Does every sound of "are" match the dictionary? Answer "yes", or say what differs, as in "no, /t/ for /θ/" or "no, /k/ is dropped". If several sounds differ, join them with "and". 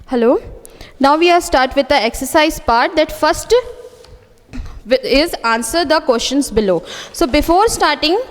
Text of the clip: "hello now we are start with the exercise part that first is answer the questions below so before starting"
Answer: no, /l/ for /ɹ/